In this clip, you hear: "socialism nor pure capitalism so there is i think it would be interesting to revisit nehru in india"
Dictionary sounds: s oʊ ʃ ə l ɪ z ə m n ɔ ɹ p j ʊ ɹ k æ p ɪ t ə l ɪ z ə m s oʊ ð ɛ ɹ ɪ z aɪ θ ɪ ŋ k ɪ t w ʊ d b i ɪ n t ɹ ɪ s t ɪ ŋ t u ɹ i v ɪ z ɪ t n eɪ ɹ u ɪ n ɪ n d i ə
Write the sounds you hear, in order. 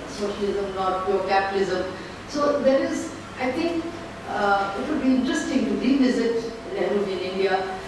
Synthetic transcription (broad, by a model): s oʊ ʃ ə l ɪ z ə m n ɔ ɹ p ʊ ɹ k æ p ɪ t ə l ɪ z ə m s oʊ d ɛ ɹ ɪ z aɪ t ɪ ŋ k ɪ t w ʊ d b i ɪ n t ɹ ɪ s t ɪ ŋ t u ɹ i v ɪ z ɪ t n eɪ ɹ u ɪ n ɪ n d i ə